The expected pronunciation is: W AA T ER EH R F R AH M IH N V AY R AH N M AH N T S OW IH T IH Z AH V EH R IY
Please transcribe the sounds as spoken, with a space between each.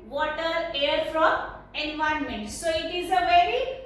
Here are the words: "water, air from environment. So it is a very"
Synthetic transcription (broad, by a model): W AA T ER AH R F R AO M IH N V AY AH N M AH N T S OW IH T IH Z AH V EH R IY